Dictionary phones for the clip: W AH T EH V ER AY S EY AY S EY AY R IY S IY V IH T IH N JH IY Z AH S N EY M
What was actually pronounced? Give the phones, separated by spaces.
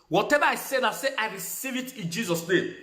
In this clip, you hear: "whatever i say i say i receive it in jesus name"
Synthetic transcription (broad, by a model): W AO T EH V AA AY S EY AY S EY AY R IY S IY V IH T IH N JH IY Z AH S N EY M